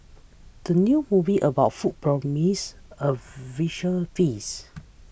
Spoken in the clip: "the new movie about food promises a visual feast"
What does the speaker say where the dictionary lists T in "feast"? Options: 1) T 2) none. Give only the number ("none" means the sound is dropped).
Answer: 2